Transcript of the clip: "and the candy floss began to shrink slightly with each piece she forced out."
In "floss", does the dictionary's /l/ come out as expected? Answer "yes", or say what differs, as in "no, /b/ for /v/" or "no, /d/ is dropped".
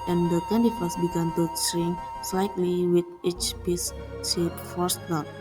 no, /l/ is dropped